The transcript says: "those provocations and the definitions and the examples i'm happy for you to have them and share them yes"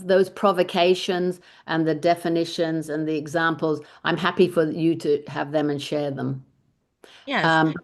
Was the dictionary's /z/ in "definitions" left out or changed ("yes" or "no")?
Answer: no